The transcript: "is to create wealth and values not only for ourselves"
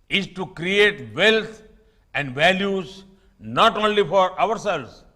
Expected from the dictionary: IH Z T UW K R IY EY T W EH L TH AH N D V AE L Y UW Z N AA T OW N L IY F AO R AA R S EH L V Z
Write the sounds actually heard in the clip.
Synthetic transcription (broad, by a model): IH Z T UW K R IY EY T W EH L T AH N D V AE L Y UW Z N AA T OW N L IY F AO R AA R S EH L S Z